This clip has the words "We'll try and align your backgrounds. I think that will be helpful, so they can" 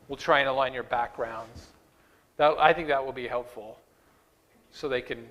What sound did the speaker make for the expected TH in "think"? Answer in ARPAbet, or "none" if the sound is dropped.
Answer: TH